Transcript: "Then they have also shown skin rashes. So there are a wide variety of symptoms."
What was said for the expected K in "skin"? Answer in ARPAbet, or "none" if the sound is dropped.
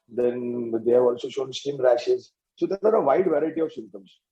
none